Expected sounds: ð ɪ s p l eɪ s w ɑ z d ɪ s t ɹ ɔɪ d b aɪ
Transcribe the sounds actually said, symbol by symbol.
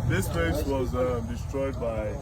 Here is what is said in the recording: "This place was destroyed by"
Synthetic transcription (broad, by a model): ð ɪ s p eɪ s w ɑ z d ɪ s t ɹ ɔɪ d b aɪ